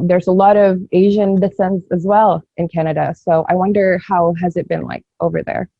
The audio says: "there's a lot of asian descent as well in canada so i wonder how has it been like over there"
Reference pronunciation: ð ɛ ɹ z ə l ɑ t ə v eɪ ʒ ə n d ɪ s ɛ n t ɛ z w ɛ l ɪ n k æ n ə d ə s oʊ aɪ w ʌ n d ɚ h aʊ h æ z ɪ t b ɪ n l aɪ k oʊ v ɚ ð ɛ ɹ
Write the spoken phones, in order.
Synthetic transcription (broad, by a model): ð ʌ ɹ z ə l ɑ t ə v eɪ ʒ ə n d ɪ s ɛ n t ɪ z w ɛ l ɪ n k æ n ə d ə s oʊ aɪ w ʌ n d ɚ h aʊ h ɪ z ɪ t b ɪ n l aɪ k oʊ v ɚ ð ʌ ɹ